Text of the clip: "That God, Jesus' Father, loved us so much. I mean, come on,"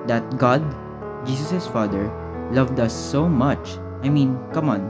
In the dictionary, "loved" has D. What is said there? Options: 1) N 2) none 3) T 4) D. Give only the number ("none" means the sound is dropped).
4